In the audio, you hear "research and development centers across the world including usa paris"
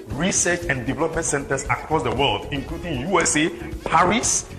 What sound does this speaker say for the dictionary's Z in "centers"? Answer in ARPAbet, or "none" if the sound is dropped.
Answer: S